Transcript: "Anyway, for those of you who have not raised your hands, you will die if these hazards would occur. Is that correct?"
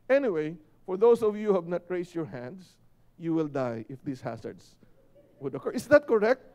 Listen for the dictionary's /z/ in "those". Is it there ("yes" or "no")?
no